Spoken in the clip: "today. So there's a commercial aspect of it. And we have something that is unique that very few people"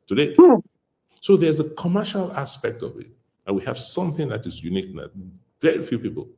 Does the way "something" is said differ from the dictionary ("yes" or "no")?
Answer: no